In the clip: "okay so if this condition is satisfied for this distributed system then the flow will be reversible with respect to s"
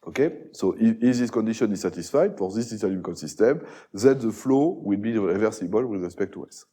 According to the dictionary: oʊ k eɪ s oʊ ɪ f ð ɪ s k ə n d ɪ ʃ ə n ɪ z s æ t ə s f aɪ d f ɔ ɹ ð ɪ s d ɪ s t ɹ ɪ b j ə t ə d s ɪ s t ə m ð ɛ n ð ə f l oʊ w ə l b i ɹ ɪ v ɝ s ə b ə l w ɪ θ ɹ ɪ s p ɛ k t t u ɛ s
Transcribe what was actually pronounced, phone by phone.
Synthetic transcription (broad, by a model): oʊ k eɪ s oʊ ɪ f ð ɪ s k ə n d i ʃ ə n ɪ z s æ t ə s f aɪ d f ɔ ɹ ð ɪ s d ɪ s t l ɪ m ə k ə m s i s t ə m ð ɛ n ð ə f l oʊ w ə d b i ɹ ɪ v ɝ s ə b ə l w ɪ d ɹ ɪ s p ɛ k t t u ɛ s